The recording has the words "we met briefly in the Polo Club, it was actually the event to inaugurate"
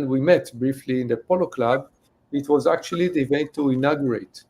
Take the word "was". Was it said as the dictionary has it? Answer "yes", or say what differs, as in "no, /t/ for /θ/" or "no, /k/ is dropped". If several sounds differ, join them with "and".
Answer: yes